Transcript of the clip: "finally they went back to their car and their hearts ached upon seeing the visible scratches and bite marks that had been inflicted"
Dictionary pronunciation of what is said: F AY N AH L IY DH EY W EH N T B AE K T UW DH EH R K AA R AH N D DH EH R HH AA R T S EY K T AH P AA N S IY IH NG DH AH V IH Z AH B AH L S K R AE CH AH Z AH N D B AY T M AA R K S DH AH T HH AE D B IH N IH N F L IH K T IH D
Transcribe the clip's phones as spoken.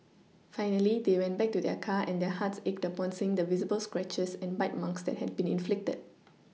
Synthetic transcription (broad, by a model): F AY N AH L IY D EY W EH N T B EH K T UW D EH K AA AH N D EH HH AA T S EY K T AH P AA N S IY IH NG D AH V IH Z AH B AH L S K R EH CH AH S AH N B AY T M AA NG K S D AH T HH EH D B IH N IH N F L IH K T IH D